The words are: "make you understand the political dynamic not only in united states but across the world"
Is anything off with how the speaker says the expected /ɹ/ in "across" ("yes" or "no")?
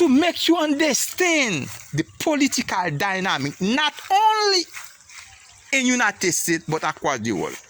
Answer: yes